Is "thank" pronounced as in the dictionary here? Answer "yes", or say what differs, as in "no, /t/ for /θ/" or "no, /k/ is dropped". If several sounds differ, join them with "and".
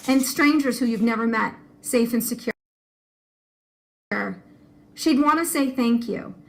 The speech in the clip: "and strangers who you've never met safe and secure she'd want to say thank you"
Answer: yes